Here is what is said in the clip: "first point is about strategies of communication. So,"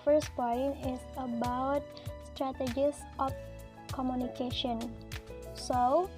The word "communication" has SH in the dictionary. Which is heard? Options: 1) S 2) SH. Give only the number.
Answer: 2